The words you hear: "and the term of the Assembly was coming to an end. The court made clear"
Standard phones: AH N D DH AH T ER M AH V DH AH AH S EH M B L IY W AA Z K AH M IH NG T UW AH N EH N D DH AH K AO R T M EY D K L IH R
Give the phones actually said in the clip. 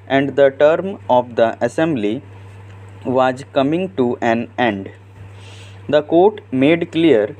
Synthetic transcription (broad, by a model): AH N D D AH T ER M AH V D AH AH S EH M B L IY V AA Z K AH M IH NG T UW AH N EH N D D AH K AO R T M EY D K L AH R